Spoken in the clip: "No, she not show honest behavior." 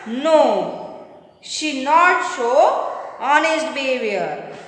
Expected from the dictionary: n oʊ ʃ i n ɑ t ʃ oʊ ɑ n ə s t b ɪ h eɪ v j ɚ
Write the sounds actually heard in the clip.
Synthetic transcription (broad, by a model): n oʊ ʃ i n ɑ t s oʊ ɑ n ə s t b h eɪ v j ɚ